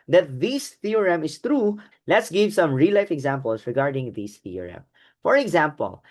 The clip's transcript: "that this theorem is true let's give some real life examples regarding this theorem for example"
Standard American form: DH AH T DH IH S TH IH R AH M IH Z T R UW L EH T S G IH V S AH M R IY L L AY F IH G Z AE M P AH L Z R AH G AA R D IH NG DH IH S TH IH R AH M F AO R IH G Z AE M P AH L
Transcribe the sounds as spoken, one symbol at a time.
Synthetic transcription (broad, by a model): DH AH T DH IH S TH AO R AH M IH S T R UW L EH T S G IH V S AH M R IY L L AY F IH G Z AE M P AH L S R AH G AA R D IH NG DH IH S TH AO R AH M F AO R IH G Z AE M P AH L